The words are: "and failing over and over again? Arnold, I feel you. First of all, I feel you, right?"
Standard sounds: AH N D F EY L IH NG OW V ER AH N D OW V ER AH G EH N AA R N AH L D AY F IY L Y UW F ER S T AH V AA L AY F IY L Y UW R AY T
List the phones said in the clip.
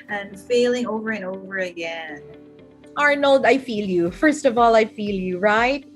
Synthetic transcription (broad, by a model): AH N F EY L IH NG OW V ER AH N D OW V ER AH G EH N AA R N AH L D AY F IY L Y UW F ER S T AH V AA L AY F IY L Y UW R AY T